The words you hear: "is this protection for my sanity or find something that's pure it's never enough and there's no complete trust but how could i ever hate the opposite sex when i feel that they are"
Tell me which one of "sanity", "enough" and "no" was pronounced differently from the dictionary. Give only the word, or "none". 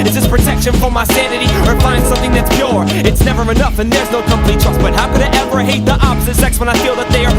none